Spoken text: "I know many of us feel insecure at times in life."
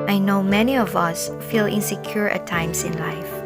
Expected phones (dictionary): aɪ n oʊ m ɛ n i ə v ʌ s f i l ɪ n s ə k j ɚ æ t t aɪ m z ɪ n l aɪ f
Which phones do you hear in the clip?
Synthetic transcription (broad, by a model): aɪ n oʊ m ɛ n i ə v ʌ s f i l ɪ n s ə k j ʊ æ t t aɪ m s ɪ n l aɪ f